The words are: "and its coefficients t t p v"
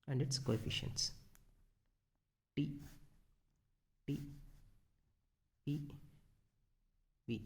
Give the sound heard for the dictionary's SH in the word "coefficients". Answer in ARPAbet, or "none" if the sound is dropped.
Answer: SH